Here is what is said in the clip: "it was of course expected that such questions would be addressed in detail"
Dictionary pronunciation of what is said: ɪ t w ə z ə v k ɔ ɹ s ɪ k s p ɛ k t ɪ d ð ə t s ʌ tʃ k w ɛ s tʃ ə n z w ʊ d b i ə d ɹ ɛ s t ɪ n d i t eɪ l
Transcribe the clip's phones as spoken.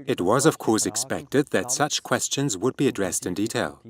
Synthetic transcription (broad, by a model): ɪ t w ə z ə v k ɔ ɹ s ɪ k s p ɛ k t ɪ d ð ə t s ʌ tʃ k w ɛ s tʃ ə n z w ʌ d b i ə d ɹ ɛ s t ɪ n d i t eɪ l